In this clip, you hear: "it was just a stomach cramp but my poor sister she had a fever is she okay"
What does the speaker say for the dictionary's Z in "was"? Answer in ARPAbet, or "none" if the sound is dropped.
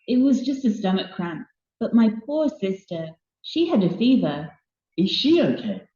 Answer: Z